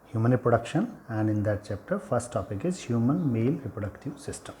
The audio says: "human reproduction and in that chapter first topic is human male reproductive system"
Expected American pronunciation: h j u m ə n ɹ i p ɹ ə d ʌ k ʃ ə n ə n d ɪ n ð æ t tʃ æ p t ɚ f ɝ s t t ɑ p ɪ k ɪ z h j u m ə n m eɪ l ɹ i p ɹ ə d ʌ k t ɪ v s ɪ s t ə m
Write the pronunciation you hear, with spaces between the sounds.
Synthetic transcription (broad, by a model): h j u m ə n ɹ i p ɹ ə d ʌ k ʃ ə n ə n d ɪ n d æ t tʃ æ p t ɚ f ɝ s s t ɑ p ɪ k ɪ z h j u m ə n m eɪ l ɹ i p ɹ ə d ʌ k t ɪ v s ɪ s t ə m